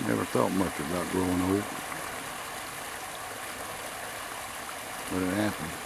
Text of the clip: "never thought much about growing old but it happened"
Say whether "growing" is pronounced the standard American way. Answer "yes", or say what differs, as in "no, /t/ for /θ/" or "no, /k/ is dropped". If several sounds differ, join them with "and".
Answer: no, /ɹ/ is dropped